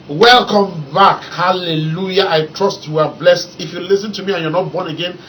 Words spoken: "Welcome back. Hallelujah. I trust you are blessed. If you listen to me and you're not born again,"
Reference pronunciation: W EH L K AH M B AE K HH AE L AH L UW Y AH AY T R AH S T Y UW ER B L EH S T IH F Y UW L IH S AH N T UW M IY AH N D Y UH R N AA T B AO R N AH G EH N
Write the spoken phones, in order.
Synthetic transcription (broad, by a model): W EH L K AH M B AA K HH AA L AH L UW Y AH AY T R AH S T Y UW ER B L EH S T IH F Y UW L IH S AH N T UW M IY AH N Y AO N AA T B AO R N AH G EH N